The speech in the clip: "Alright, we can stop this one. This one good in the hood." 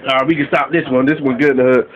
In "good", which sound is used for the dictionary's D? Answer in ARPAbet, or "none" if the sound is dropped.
none